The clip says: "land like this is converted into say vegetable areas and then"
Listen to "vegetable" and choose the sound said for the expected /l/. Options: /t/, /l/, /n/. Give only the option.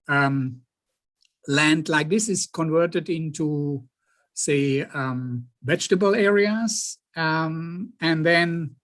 /l/